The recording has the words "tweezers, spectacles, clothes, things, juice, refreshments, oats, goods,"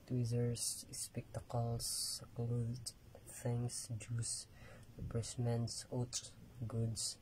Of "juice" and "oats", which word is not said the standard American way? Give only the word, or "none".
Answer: oats